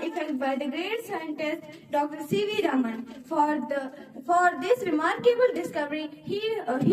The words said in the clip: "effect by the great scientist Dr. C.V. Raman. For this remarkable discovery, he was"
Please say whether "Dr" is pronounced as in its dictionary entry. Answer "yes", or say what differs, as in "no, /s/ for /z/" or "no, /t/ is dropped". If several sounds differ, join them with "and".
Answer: yes